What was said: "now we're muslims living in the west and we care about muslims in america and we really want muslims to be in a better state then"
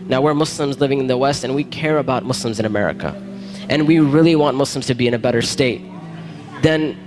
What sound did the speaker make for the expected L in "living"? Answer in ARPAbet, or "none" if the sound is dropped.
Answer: L